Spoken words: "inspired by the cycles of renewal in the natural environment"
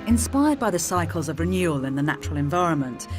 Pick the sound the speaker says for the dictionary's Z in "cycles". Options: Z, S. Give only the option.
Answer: Z